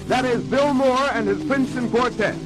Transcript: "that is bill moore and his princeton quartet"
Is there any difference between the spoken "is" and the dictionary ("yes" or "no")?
no